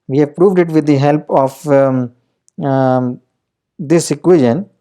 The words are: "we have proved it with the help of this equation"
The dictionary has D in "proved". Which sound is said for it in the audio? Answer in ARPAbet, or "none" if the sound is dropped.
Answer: D